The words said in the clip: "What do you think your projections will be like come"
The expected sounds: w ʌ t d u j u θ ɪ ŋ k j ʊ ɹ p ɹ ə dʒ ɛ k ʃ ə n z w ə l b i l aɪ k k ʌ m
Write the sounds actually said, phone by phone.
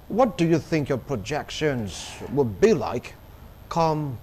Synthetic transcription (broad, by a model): w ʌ t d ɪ j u θ ɪ ŋ k j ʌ ɹ p ɹ ə dʒ ɛ k ʃ ə n z w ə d b i l aɪ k k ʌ m